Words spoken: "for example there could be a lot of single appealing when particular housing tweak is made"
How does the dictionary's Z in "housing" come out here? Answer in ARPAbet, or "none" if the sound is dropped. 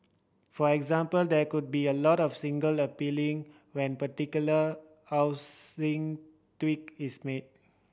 S